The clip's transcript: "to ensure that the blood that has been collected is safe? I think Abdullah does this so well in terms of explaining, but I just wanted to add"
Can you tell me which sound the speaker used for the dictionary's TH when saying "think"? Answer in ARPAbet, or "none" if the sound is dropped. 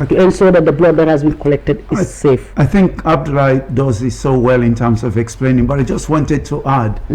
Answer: TH